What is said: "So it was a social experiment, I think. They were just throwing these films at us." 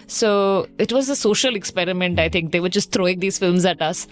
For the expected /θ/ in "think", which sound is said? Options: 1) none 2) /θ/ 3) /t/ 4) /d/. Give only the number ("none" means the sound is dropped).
3